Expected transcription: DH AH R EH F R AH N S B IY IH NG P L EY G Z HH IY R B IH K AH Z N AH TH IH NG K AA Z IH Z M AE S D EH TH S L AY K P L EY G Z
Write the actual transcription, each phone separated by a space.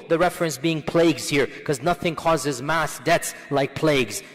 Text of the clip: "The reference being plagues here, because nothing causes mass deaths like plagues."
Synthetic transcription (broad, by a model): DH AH R EH F R AH N S B IY IH NG P L EY G Z HH IY R K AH Z N AH TH IH NG K AA Z IH Z M AE S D EH T S L AY K P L EY G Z